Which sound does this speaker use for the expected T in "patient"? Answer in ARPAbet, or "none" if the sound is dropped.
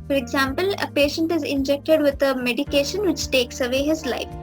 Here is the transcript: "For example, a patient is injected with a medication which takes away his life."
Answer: T